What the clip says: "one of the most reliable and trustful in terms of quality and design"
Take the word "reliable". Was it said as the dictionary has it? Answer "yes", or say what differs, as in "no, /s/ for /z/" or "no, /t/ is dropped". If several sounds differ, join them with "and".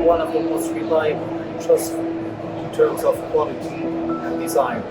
no, /b/ is dropped